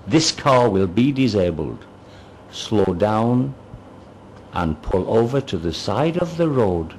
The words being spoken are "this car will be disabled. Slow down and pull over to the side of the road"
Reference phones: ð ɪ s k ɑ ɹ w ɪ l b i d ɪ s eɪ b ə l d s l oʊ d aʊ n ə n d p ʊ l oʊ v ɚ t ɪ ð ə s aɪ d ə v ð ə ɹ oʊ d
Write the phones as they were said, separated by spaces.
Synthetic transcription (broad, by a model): ð ɪ s k ɑ ɹ w ɪ l b i d ɪ s eɪ b ə l d s l oʊ d aʊ n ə n p ʊ l oʊ v ɚ t ɪ ð ə s aɪ d ə v ð ə ɹ oʊ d